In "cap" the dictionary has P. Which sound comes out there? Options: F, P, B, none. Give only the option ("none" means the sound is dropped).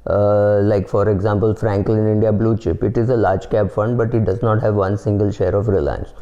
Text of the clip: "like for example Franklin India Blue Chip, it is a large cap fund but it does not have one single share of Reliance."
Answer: B